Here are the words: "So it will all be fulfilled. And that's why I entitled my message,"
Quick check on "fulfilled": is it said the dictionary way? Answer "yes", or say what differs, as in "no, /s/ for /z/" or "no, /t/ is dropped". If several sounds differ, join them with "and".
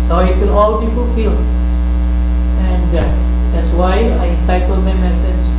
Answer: no, /p/ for /f/ and /d/ is dropped